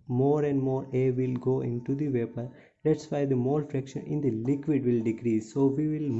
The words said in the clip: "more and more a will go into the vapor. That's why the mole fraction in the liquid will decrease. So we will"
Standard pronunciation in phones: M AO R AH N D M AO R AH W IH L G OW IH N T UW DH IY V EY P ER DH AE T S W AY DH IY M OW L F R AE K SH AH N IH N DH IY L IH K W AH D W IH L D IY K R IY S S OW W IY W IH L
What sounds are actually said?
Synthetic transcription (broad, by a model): M AO R AH N D M AO R AH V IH L G OW IH N T UW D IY V EY P ER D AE T S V AY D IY M OW L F R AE K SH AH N IH N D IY L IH K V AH D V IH L D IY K R IY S S OW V IY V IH L